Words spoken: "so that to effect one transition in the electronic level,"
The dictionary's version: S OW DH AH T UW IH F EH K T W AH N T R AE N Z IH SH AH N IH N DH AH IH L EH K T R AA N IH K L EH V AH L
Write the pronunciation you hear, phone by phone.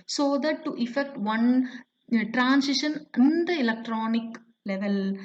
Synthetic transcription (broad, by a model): S OW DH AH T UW IH F EH K T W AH N T R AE N S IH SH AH N IH N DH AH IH L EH K T R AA N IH K L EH V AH L